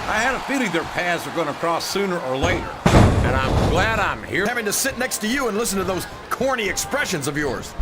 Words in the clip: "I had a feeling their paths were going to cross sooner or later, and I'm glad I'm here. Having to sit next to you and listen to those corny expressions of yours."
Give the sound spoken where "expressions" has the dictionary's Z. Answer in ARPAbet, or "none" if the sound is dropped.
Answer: Z